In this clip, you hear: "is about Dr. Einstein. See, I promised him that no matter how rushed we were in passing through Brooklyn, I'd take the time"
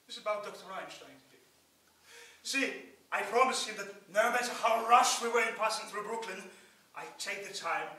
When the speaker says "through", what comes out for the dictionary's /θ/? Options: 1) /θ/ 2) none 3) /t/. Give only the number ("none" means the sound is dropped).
1